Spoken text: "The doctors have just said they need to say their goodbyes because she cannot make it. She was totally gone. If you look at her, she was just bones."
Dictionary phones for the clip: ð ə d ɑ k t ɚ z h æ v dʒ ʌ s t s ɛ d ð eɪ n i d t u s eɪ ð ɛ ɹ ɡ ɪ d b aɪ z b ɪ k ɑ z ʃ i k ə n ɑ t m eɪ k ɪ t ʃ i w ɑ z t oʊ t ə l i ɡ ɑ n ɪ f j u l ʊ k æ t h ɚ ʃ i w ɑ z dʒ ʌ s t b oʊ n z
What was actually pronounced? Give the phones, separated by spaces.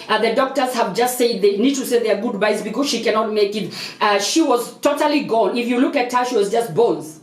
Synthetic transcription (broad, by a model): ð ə d ɑ k t ɚ z h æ v dʒ ʌ s t s ɛ d ð eɪ n i d t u s eɪ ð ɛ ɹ ɡ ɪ d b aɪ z b ɪ k ɑ z ʃ i k ə n ɑ t m eɪ k ɪ t ʃ i w ɑ z t oʊ t ə l i ɡ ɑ l ɪ f j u l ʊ k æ t h ɚ ʃ i w ɑ z dʒ ʌ s t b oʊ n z